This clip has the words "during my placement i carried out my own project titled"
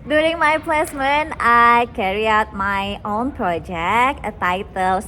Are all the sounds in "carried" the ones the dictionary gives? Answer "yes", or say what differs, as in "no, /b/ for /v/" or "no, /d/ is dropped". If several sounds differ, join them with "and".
no, /d/ is dropped